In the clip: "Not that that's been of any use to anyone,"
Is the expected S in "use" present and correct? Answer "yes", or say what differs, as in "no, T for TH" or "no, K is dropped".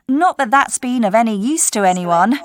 yes